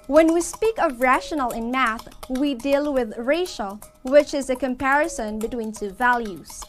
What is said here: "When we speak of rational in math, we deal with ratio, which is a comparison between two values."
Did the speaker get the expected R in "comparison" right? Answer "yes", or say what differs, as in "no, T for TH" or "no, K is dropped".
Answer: yes